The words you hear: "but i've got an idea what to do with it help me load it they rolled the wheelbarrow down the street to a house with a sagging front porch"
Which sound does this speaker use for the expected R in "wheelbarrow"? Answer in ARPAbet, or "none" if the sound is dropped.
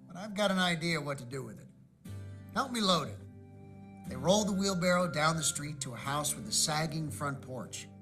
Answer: R